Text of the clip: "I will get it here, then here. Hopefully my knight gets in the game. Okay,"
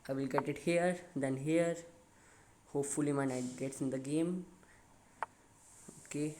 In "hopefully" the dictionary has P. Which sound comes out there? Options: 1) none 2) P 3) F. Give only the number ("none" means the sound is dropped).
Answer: 2